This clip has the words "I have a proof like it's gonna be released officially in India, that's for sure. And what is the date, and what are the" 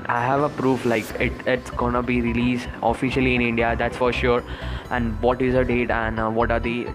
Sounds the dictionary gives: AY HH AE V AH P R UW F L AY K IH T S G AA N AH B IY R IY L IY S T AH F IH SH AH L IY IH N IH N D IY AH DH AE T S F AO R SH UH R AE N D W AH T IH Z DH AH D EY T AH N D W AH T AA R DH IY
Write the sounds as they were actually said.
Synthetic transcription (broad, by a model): AY HH AE V AH P R UW F L AY K IH T S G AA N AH B IY R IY L IY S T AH F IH SH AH L IY IH N IH N D IY AH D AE T S F AO R SH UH R AE N D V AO T IH Z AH D EY T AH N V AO T AA R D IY